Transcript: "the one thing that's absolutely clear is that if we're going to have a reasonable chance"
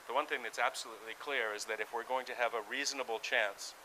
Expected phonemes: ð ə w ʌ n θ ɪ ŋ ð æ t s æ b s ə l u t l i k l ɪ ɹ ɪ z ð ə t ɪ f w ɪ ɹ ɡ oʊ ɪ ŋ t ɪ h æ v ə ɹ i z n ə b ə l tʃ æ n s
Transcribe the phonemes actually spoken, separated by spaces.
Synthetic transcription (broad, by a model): ð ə w ʌ n θ ɪ ŋ ð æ t s æ b s ə l u t l i k l ɪ ɹ ɪ z ð ə t ɪ f w ɪ ɹ ɡ oʊ ɪ ŋ t ɪ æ v ə ɹ i z n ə b l tʃ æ n s